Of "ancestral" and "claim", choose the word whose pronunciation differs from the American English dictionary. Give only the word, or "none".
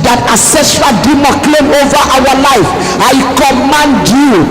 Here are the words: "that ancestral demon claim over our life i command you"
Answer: ancestral